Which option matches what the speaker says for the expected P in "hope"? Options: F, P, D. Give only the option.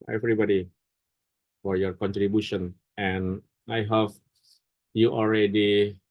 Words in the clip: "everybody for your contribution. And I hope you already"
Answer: F